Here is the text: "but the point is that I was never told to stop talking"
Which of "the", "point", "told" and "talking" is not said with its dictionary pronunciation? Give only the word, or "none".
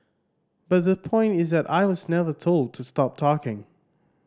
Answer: none